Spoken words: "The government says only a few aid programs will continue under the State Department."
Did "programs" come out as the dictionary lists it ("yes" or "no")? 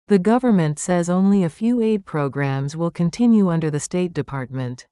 yes